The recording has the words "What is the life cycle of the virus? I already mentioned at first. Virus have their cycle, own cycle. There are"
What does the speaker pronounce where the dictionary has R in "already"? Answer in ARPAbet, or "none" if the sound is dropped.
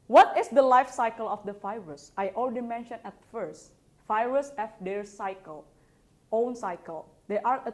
L